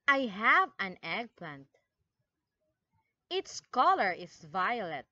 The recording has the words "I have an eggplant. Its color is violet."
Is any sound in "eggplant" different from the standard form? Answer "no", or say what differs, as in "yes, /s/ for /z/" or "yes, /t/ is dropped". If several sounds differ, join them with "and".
no